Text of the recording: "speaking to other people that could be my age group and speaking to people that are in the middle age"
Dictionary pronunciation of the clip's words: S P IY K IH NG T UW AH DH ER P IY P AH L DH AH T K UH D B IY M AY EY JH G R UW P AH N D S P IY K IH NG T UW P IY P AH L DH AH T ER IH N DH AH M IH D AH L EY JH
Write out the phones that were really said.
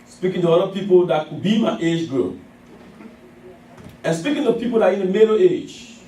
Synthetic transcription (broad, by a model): S P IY K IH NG T UW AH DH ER P IY P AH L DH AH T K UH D B IY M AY EY JH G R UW AH N S P IY K IH NG T UW P IY P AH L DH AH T IH N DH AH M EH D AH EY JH